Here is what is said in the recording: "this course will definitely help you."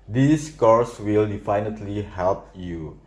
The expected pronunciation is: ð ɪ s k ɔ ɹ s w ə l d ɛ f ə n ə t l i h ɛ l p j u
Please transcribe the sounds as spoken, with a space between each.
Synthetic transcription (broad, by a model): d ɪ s k ɔ ɹ s w ə l d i f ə n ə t l i h ɛ l p j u